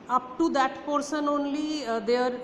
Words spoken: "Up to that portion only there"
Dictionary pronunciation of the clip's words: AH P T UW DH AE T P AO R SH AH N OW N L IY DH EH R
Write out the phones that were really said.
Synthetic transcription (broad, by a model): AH P T UW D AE T P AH R S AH N OW N L IY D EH R